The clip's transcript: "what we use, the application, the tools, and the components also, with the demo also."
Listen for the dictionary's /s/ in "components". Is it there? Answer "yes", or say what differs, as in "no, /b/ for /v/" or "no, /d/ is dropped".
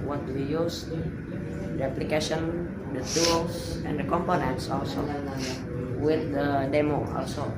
yes